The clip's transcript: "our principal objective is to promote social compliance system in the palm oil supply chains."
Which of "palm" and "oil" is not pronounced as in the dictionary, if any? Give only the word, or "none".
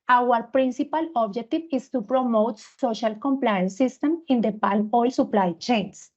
palm